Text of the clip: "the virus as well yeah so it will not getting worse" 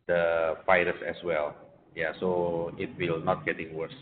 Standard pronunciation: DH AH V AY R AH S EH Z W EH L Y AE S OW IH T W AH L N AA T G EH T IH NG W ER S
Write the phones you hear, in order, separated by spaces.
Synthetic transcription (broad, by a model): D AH F AY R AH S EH S W EH L Y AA S OW IH T W AH L N AA T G EH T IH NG W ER S